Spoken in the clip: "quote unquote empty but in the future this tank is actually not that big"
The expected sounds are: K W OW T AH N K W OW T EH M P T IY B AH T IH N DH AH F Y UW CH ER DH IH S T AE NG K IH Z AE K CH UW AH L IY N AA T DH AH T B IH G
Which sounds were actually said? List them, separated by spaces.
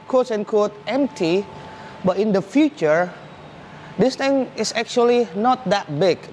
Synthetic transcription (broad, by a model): K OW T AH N K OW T EH M P T IY B AH T IH N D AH F Y UW CH ER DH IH S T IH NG IH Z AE K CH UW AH L IY N AA T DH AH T B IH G